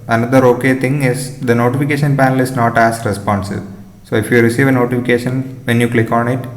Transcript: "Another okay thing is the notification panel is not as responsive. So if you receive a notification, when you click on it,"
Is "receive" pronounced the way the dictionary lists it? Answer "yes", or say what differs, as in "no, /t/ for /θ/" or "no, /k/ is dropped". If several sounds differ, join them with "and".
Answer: yes